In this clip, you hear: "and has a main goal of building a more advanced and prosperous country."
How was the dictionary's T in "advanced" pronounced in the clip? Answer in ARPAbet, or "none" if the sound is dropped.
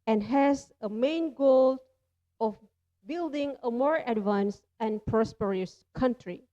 none